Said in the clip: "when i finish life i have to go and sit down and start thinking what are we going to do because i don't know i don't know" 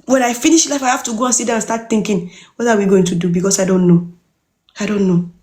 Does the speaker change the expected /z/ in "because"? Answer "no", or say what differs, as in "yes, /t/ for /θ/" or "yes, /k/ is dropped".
yes, /s/ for /z/